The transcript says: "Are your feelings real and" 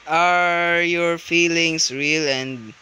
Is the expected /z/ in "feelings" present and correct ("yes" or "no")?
no